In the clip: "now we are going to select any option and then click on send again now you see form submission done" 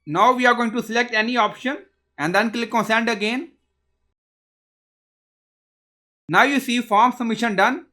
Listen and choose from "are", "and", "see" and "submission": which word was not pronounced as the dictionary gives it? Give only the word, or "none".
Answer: submission